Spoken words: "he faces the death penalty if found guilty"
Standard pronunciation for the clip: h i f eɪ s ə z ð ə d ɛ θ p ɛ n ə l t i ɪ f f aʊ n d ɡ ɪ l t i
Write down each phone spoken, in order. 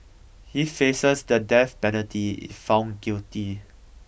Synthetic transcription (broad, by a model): h i f eɪ s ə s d ə d ɛ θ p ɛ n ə t i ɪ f f aʊ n ɡ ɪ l t i